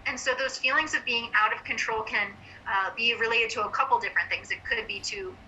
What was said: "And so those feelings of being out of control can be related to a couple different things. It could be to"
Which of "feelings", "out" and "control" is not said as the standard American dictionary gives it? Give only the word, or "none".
none